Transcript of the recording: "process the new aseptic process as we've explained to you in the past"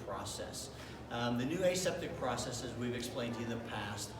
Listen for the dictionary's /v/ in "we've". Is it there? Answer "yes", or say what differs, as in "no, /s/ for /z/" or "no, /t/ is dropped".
yes